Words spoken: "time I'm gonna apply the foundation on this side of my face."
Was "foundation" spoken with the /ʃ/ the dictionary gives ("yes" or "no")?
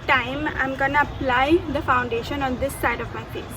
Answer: yes